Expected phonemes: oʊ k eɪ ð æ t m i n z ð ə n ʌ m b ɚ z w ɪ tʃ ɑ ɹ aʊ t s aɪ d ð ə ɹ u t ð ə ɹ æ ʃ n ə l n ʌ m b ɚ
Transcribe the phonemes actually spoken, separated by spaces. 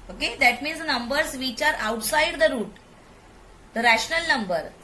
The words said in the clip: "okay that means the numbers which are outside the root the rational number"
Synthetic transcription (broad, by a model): oʊ k eɪ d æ t m i n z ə n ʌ m b ɚ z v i tʃ ɑ ɹ aʊ t s aɪ d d ə ɹ u t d ə ɹ æ ʃ n ə l n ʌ m b ɚ